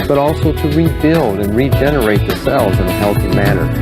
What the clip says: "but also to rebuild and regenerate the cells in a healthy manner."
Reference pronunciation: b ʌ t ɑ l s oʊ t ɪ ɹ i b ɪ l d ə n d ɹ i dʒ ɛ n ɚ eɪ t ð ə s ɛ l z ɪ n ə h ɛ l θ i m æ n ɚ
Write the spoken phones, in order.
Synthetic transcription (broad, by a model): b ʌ t ɑ l s oʊ t ɪ ɹ i b ɪ l d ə n ɹ i dʒ ɛ n ɚ eɪ t ð ə s ɛ l z ɪ n ə h ɛ l θ i m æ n ɚ